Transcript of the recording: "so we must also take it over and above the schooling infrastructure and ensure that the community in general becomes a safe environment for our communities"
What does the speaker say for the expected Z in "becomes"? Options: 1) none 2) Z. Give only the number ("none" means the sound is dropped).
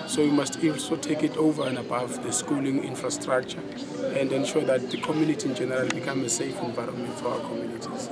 1